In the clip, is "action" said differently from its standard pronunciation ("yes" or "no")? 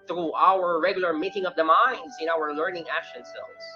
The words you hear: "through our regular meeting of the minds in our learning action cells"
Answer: no